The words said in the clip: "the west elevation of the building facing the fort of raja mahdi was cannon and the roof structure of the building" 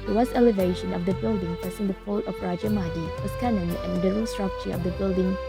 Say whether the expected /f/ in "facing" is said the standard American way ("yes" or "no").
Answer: no